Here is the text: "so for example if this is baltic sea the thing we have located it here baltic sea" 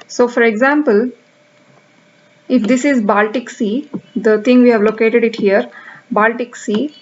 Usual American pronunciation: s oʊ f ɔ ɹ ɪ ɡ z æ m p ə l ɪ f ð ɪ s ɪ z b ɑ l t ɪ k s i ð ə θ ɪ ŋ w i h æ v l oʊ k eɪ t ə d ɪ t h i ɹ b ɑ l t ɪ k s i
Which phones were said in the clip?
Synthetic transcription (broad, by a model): s oʊ f ɔ ɹ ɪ ɡ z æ m p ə l ɪ f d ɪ s ɪ z b ɑ l t ɪ k s i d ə t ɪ ŋ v i h æ v l oʊ k eɪ t ə d ɪ t h i ɹ b ɑ l t ɪ k s i